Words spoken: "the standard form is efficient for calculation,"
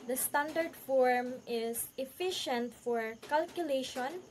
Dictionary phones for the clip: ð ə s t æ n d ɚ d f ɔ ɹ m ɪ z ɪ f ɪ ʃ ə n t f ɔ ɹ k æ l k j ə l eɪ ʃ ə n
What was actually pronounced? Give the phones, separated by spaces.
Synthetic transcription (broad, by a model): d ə s t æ n d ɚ d f ɔ ɹ m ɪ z ɪ f ɪ ʃ ə n t f ɔ ɹ k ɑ l k j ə l eɪ ʃ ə n